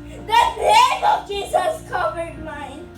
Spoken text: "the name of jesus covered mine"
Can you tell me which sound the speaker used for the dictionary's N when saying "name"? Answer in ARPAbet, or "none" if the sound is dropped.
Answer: L